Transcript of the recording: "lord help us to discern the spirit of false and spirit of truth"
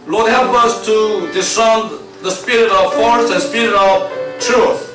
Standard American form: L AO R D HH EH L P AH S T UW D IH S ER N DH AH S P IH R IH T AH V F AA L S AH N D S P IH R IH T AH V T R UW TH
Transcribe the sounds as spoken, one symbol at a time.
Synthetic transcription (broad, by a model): L AO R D HH EH L P AH S T UW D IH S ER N DH AH S P IH R IH T AH V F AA S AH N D S P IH R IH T AH V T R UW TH